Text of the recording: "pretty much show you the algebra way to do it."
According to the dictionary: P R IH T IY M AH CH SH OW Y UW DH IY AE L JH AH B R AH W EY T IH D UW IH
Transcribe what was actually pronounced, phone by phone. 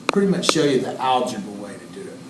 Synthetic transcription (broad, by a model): P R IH T IY M AH CH SH OW Y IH DH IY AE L JH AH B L W EY T IH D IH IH